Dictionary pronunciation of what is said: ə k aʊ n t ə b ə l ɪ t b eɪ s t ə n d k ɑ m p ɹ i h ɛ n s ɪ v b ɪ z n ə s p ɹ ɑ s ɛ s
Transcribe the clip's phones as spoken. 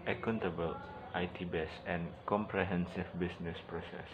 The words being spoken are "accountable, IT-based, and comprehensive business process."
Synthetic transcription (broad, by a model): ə k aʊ n t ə b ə l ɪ t b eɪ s ə n k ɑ m p ɹ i h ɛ n s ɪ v b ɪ s n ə s p ɹ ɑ s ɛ s